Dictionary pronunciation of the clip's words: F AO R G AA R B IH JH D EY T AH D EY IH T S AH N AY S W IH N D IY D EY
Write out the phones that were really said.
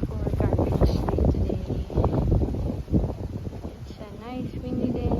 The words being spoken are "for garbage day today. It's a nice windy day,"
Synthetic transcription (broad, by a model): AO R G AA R IH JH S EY T AH D EY IH T S AH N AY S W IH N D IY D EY